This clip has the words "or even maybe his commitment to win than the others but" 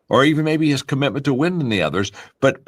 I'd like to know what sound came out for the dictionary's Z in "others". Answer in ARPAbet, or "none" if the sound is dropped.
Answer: Z